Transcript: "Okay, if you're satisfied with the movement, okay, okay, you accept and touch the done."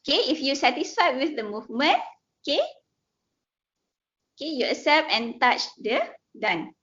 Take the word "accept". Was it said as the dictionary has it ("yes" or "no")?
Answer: no